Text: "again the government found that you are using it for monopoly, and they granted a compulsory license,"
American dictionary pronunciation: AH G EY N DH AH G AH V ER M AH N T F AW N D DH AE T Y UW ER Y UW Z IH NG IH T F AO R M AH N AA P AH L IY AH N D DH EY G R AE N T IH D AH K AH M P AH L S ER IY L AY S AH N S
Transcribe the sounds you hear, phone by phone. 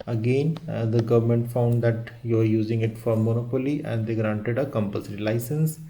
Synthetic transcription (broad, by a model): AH G EY N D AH G AH V ER M AH N T F AW N D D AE T Y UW ER Y UW Z IH NG IH T F AO R M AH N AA P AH L IY AH N D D EY G R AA N T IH D AH K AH M P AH S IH IY L AY S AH N S